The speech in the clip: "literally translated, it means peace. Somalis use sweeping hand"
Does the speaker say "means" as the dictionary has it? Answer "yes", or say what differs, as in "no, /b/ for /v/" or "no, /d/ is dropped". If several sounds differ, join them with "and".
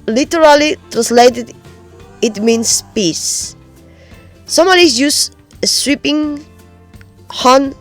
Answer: no, /s/ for /z/